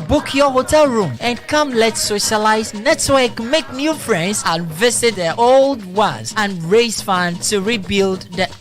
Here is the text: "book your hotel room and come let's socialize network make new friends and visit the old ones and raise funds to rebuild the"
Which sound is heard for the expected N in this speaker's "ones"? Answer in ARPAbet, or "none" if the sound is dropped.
none